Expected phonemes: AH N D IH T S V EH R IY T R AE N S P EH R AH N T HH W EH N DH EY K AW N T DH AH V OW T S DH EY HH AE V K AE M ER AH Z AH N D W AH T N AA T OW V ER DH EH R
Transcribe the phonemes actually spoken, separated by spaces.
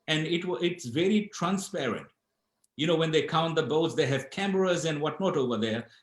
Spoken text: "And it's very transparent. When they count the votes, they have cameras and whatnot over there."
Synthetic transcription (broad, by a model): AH N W IH T S V EH R IY T R AE N S P EH R AH N T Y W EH N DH EY K AW N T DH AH B OW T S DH EY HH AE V K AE M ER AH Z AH N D W AH T N AA T OW V ER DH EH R